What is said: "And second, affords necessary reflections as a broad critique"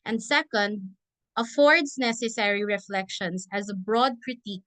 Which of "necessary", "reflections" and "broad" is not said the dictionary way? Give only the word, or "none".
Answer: reflections